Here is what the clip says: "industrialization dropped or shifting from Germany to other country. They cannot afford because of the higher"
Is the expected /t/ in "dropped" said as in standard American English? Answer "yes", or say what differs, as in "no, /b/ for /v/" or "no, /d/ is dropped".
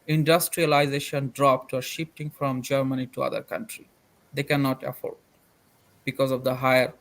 yes